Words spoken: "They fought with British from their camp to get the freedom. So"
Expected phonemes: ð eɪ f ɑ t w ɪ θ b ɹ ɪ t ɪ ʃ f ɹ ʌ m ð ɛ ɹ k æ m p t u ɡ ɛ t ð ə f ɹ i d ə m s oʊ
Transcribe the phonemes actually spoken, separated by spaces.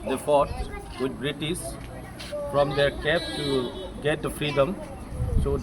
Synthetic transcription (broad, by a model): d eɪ f ɑ t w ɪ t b ɹ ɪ t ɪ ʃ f ɹ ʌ m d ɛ ɹ k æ p t u ɡ ɛ t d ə f ɹ i d ə m s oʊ